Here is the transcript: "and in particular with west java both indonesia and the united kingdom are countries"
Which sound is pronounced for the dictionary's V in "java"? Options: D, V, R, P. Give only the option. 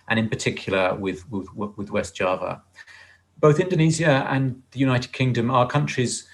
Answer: V